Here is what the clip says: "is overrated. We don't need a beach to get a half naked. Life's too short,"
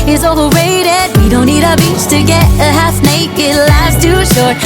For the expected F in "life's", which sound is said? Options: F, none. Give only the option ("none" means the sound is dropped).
none